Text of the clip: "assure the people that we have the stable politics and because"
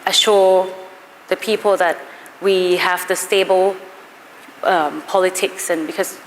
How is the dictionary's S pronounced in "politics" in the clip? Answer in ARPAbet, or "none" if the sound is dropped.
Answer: S